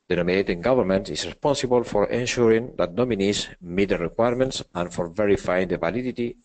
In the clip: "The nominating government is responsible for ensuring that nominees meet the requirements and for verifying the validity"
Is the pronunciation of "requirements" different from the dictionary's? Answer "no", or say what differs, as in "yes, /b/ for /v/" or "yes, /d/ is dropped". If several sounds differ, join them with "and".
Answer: no